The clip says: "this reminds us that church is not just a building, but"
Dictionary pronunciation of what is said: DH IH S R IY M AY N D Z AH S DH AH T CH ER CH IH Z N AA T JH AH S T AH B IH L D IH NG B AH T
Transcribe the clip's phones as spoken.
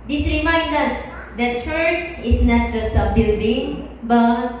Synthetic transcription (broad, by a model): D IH S R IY M AY N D AH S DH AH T CH ER CH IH S N AA T JH AH S T AH B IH L D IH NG B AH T